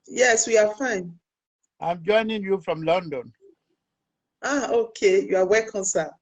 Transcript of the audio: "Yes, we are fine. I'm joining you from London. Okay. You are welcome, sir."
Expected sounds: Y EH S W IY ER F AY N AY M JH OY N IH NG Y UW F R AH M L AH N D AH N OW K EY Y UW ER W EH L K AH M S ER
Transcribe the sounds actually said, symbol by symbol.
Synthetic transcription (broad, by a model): Y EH S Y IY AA F AY N AY M JH OY N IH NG Y UW F R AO M L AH N D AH N OW K EY Y UW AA W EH K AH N S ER